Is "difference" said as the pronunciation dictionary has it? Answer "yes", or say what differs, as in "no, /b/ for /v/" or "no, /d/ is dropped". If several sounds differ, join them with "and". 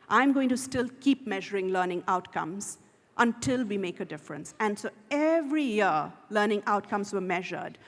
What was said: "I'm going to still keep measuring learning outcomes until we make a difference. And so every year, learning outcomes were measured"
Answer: yes